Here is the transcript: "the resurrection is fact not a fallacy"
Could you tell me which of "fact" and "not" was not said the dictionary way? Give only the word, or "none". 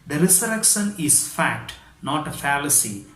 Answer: none